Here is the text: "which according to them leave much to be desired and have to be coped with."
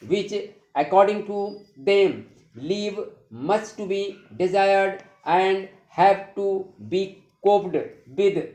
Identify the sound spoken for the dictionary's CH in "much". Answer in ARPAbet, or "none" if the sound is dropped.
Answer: S